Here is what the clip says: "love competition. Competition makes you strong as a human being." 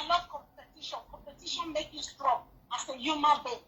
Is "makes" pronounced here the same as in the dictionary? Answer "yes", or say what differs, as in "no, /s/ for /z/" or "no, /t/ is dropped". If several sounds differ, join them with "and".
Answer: no, /s/ is dropped